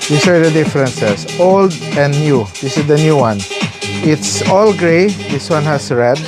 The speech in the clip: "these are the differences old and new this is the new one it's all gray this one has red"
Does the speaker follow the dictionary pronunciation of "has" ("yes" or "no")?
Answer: no